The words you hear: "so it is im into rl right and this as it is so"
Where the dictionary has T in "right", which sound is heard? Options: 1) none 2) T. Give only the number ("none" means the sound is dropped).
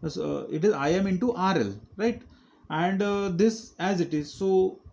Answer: 2